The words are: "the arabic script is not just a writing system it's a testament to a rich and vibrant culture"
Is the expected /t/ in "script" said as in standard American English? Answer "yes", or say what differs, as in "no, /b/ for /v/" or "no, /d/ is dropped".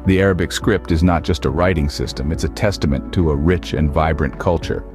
yes